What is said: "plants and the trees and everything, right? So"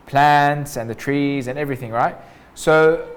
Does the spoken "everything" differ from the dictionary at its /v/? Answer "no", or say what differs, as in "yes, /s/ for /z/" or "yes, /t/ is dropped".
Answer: no